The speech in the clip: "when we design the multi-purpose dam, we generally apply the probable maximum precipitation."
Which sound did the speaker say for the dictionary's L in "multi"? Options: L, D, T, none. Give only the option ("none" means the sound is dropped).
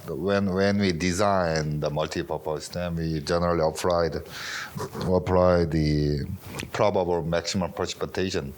L